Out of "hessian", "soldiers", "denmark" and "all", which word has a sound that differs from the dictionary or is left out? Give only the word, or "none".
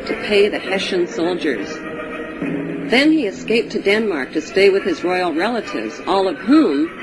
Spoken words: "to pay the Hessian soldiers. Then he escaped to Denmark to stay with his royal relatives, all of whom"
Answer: none